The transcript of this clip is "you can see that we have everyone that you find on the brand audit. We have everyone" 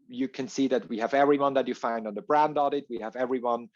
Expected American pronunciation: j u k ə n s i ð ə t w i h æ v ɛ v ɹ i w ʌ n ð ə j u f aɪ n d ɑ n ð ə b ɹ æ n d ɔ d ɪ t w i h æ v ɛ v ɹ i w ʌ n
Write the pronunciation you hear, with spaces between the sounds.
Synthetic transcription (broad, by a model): j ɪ k ə n s i ð ə t w i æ v ɛ v ɹ i w ʌ n ð ə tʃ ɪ f aɪ n d n ð ə b ɹ æ n d ɔ d ɪ t w i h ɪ v ɛ v ɹ i w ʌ n